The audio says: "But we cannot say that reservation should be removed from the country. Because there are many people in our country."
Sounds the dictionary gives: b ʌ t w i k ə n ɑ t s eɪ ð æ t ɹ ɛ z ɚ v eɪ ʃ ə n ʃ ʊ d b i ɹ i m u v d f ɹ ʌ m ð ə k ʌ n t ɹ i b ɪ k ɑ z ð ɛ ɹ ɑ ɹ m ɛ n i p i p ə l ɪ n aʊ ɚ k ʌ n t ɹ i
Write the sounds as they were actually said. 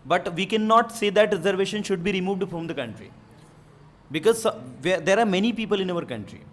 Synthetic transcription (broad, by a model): b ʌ t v i k ə n ɑ t s eɪ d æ t ɹ ɛ z ɚ v eɪ ʃ ə n ʃ ʊ d b i ɹ i m u v d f ɹ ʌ m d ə k ʌ n t ɹ i b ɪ k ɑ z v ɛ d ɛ ɹ m ɛ n i p i p ə l ɪ n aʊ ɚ k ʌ n t ɹ i